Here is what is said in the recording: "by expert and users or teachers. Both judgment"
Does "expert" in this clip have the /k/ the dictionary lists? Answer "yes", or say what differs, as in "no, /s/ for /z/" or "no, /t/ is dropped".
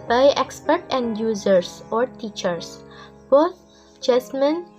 yes